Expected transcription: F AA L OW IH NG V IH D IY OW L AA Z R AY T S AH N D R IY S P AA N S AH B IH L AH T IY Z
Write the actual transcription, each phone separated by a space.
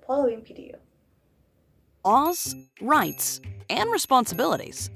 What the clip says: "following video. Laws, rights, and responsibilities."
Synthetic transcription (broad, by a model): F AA L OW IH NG P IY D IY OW AA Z R AY T S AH N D R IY S P AA N S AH B IH L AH T IY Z